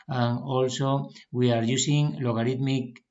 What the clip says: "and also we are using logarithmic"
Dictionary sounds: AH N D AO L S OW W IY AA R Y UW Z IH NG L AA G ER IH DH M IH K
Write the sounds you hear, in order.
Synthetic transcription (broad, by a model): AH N AO L S OW W IY AA R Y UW S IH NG L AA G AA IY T M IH K